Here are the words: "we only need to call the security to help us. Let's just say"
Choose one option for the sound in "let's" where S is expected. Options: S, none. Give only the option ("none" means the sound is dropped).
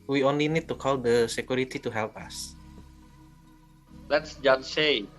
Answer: S